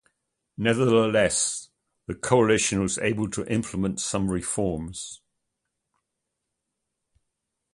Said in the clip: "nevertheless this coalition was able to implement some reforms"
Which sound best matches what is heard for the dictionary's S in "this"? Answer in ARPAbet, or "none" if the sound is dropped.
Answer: none